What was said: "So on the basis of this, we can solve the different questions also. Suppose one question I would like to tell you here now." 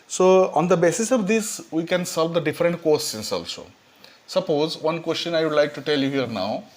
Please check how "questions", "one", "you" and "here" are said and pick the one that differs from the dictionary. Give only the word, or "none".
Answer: questions